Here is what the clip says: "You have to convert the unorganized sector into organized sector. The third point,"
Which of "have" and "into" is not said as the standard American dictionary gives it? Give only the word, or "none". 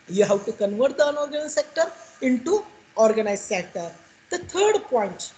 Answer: have